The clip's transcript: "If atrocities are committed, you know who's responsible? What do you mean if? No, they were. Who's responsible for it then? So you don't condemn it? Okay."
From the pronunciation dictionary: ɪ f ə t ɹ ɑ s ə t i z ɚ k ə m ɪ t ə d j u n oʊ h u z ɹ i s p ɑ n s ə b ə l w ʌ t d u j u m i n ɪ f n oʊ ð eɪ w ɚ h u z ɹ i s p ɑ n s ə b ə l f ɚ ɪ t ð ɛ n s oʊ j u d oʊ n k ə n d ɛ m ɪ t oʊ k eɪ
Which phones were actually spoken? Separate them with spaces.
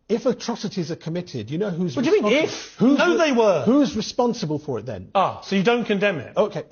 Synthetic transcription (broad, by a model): ɪ f ə t ɹ ɑ s ə t i z ɚ k ə m ɪ t ə d j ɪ n oʊ h u z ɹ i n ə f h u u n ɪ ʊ ð eɪ w ɚ h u z ɹ i s p ɑ n s ə b ə l f ɚ ɪ t ð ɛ n s oʊ j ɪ d oʊ n k ə n d ɛ m ɪ t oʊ k eɪ